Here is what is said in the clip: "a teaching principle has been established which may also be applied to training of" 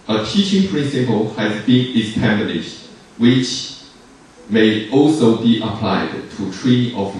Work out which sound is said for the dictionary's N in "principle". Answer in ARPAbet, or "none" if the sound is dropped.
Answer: N